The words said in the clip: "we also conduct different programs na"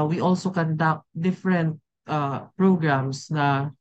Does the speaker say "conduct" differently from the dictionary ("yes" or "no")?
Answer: no